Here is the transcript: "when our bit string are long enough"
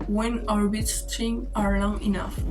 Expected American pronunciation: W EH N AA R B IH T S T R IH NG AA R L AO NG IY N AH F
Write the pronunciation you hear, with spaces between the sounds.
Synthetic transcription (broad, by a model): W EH N AA R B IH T S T IH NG AA R L AO NG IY N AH F